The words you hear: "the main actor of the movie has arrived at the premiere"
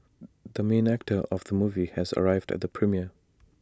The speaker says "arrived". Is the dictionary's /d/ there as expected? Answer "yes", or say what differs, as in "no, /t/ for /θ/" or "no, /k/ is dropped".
yes